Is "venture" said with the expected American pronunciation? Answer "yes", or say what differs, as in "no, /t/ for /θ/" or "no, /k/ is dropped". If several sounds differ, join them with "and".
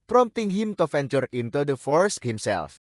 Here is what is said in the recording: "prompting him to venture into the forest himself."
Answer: no, /f/ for /v/